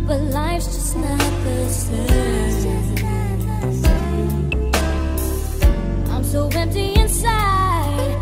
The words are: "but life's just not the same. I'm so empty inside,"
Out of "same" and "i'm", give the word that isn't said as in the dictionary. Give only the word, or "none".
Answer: same